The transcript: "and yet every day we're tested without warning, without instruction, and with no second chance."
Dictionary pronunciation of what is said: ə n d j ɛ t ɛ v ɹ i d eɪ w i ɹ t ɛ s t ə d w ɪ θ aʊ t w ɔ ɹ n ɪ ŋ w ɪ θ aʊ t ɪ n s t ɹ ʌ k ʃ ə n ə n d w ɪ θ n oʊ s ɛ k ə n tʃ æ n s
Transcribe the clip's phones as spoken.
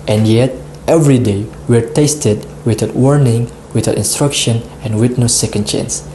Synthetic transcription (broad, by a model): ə n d j ɛ t ɛ v ɹ i d eɪ w i ɹ t ɛ s t ə d w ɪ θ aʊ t w ɔ ɹ n ɪ ŋ w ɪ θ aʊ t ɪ n s t ɹ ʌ k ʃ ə n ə n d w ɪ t n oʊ s ɛ k ə n tʃ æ n s